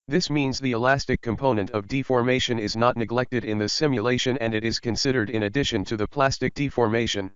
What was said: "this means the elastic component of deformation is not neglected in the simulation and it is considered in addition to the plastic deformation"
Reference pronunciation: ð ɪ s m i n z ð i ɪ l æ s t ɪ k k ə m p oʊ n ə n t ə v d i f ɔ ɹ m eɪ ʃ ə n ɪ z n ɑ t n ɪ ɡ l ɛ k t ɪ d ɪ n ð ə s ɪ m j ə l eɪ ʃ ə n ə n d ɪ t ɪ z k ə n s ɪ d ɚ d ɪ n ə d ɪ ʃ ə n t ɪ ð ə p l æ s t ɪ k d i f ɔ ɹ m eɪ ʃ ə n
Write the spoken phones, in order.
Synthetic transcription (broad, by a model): ð ɪ s m i n z ð i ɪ l æ s t ɪ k k ə m p oʊ n ə n t ə v d i f ɔ ɹ m eɪ ʃ ə n ɪ z n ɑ t n ɪ ɡ l ɛ k t ɪ d ɪ n ð ə s ɪ m j ə l eɪ ʃ ə n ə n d ɪ t ɪ z k ə n s ɪ d ɚ d ɪ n ə d ɪ ʃ ə n t ɪ ð ə p l æ s t ɪ k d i f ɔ ɹ m eɪ ʃ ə n